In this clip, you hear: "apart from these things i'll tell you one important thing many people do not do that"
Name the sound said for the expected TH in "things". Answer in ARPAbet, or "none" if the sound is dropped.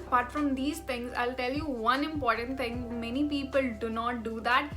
T